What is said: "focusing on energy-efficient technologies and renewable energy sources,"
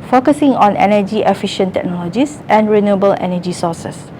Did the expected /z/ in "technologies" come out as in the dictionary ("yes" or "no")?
no